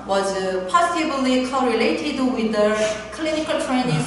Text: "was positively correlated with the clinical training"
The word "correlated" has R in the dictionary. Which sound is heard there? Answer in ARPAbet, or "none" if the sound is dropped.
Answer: R